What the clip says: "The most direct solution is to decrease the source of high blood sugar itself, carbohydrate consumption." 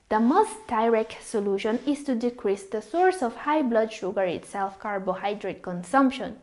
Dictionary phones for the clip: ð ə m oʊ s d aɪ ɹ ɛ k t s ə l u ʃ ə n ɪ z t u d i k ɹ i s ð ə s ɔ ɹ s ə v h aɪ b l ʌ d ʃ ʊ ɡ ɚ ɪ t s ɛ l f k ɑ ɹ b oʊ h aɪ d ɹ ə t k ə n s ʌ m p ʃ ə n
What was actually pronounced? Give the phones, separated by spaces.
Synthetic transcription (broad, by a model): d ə m oʊ s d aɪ ɹ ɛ k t s ə l u ʃ ə n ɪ s t u d i k ɹ i s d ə s ɔ ɹ s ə f h aɪ b l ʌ d ʃ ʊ ɡ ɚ ɪ t s ɛ l f k ɑ ɹ b oʊ h aɪ d ɹ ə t k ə n s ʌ m p ʃ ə n